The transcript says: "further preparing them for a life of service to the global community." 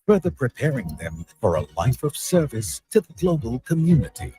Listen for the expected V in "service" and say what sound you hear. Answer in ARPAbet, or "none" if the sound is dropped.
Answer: V